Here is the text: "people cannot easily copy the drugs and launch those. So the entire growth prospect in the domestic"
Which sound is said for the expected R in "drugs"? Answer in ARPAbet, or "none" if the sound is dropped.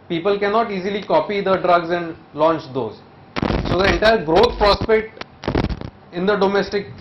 R